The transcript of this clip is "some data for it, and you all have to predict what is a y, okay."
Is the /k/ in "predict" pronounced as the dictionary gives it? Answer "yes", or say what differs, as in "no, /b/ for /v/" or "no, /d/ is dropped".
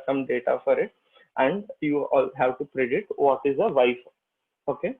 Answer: no, /k/ is dropped